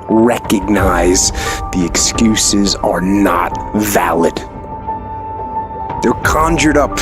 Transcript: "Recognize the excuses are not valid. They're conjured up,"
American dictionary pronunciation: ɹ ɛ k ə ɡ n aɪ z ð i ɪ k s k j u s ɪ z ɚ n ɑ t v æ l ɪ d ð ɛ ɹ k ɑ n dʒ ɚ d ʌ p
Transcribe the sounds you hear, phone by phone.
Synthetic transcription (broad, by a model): ɹ ɛ k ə ɡ n aɪ z ð i ɪ k s k j u s ɪ z ɚ n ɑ t v æ l ɪ d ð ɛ ɹ k ɑ n dʒ ɚ d ʌ p